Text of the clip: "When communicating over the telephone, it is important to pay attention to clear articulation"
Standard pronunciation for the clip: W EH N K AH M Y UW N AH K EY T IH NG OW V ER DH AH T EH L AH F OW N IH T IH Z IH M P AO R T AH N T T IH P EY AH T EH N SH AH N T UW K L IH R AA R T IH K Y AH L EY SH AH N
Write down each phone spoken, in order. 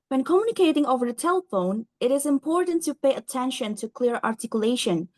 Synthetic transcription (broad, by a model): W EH N K AH M Y UW N AH K EY T IH NG OW V ER DH AH T EH L AH F OW N IH T IH Z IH M P AO R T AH N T T IH P EY AH T EH N SH AH N T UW K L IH R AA R T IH K Y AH L EY SH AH N